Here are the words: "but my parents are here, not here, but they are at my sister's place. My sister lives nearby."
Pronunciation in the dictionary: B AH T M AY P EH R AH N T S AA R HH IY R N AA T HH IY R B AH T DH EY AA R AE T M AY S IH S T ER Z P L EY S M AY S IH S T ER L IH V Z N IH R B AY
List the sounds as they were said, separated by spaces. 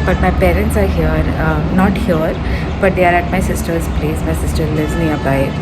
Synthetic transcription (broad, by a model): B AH T M AY P EH R AH N T S AA R HH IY R N AA T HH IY R B AH T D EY AA R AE T M AY S IH S T ER Z P L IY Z M AY S IH S T ER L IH Z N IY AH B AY